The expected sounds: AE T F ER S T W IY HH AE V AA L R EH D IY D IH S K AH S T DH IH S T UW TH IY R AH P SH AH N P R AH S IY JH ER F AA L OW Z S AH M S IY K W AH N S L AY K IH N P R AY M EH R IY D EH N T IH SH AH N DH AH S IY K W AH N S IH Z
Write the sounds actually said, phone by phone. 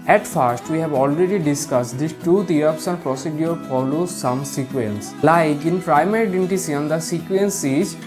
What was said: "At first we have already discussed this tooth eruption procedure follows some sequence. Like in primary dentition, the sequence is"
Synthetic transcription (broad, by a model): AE T F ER S T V IY HH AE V AA L R EH D IY D IH S K AH S T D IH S T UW T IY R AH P S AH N P R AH S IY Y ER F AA L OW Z S AH M S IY K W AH N S L AY K IH N P R AY M EH R IY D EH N T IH S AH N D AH S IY K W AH N S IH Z